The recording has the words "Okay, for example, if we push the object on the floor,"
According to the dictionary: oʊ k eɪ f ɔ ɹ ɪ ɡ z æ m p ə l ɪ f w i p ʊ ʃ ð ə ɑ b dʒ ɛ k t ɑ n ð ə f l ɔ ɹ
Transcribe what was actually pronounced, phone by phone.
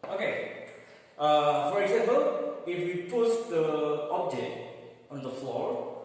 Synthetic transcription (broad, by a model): oʊ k eɪ f ɔ ɹ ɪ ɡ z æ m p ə l ɪ f w i p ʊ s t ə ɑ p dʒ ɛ t ɑ n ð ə f l ɔ ɹ